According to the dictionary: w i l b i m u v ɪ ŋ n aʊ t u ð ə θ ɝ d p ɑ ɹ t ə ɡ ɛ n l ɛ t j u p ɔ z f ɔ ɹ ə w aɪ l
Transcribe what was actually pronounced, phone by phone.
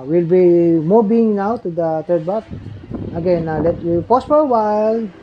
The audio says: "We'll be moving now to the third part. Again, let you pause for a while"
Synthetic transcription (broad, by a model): w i l b i m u b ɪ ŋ n aʊ t u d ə t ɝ d b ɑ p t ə ɡ ɛ n l ɛ t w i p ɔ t f ɔ ɹ ə w aɪ l